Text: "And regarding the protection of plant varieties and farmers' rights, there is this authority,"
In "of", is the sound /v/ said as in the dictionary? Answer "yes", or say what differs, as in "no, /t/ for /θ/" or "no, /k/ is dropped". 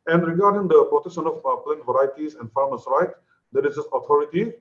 no, /p/ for /v/